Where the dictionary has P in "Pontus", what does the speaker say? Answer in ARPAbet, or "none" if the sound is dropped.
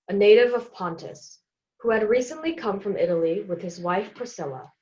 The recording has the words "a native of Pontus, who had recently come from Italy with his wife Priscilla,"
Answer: P